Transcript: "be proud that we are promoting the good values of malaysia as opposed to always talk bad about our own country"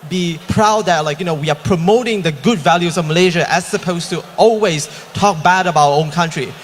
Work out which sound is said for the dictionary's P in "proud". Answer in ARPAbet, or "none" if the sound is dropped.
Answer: P